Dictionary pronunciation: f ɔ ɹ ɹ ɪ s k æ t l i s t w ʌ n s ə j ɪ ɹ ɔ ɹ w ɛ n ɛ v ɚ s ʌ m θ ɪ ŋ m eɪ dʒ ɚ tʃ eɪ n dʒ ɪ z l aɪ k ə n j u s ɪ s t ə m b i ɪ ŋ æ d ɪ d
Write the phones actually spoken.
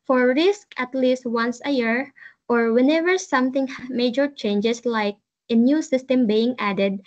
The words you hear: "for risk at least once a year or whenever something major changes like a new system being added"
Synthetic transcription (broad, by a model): f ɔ ɹ ɹ ɪ s k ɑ t l i s t w ʌ n s ə j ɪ ɹ ɔ ɹ w ɛ n ɛ v ɚ s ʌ m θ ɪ ŋ m eɪ dʒ ɚ tʃ eɪ n dʒ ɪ s l aɪ k ə n j u s ɪ s t ə m b i ɪ ŋ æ d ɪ d